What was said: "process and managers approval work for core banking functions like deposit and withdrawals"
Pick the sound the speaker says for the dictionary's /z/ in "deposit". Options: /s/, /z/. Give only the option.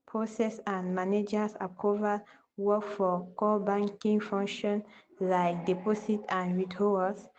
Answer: /s/